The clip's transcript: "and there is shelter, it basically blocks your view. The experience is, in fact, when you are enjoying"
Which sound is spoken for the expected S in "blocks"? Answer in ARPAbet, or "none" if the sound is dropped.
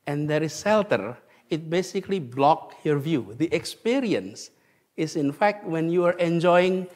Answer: none